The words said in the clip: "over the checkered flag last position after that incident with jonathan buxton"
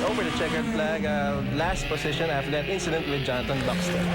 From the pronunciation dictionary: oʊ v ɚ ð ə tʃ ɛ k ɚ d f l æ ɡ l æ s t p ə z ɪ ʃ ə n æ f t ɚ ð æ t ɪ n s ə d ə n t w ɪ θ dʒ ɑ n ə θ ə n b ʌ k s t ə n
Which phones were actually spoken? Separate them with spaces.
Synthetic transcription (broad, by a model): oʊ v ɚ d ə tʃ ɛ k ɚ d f l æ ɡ l æ s t p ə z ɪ ʃ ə n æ f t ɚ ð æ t ɪ n s ə d ə n t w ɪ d dʒ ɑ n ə t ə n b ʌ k s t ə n